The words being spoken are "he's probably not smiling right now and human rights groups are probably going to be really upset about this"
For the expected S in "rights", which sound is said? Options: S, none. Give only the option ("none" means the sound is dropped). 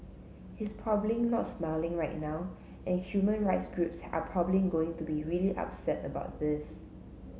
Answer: S